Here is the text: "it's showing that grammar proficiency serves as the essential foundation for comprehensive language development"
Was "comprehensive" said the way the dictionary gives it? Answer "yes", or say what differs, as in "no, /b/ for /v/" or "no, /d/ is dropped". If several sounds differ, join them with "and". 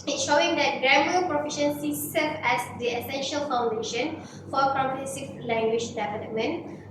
no, /ɹ/ is dropped and /n/ is dropped